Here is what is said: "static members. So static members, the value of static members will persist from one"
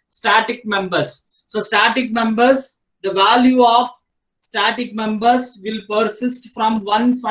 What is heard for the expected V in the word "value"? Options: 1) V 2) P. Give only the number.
1